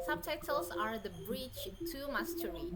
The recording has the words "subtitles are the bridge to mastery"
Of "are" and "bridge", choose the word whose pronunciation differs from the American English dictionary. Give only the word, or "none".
bridge